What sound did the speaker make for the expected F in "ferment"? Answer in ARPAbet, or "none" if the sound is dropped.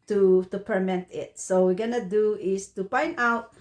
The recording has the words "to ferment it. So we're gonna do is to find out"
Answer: P